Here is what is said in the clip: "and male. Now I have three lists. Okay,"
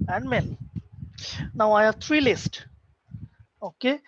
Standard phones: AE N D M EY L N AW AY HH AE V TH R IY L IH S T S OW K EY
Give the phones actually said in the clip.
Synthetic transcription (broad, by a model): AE N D M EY N N AW AY HH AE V T R IY L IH S T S OW K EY